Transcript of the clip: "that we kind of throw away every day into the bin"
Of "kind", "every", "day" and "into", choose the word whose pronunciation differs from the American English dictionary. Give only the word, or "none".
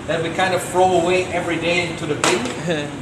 none